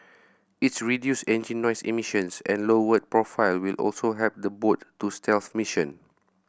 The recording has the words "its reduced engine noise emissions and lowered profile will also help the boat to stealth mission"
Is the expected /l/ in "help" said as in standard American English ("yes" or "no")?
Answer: no